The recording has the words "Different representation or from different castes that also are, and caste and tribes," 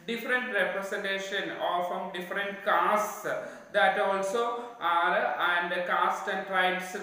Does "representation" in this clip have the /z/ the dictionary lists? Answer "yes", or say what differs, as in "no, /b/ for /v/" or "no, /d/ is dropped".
no, /s/ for /z/